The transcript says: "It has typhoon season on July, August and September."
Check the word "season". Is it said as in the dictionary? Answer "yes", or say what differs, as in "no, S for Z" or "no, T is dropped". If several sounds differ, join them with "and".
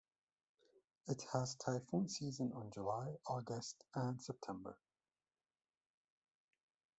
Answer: yes